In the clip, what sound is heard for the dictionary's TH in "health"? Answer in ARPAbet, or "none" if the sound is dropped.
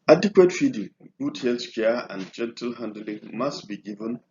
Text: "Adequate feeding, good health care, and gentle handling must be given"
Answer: S